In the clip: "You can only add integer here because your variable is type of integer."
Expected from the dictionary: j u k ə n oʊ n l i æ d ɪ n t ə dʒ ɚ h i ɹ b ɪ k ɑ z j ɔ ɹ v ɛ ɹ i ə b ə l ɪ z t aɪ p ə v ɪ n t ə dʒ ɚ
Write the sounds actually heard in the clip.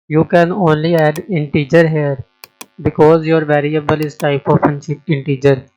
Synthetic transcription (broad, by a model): j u k ə n oʊ n l i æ d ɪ n t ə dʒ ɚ h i ɹ b ɪ k ɑ z j ɔ ɹ v ɛ ɹ i ə b ə l ɪ z t aɪ p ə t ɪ n t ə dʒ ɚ